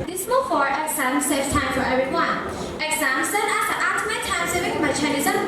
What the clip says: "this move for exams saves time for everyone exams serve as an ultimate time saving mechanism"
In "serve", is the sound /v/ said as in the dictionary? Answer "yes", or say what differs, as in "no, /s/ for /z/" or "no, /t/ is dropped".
no, /v/ is dropped